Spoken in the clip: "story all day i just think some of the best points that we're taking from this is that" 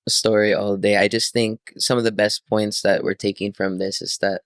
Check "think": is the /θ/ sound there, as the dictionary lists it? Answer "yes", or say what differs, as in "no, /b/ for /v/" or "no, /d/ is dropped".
yes